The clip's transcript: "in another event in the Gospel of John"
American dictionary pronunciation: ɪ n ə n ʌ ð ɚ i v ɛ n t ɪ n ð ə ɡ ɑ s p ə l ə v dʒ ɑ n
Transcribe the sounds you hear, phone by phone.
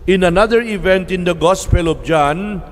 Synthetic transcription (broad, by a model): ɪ n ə n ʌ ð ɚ i v ɛ n t ɪ n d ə ɡ ɑ s p ə l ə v dʒ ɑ n